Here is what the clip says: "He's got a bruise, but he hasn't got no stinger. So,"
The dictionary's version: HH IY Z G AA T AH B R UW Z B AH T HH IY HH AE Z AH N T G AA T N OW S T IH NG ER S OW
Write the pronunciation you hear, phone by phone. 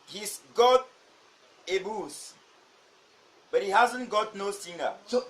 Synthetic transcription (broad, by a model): HH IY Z G AA T AH B UW S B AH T HH IY HH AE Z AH N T G AA T N OW S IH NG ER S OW